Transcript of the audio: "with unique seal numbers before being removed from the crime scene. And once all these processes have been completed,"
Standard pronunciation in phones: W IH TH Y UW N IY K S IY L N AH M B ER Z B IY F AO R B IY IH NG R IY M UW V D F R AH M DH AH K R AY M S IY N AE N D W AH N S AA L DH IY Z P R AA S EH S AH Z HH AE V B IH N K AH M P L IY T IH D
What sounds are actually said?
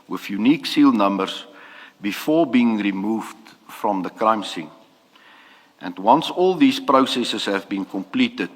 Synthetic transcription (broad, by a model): W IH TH Y UW N IY K S IY L N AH M B ER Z B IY F AO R B IY IH NG R IY M UW V D F R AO M DH AH K R AY M S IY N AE N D W AH N S AA L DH IY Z P R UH S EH S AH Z HH AE V B IH N K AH M P L IY T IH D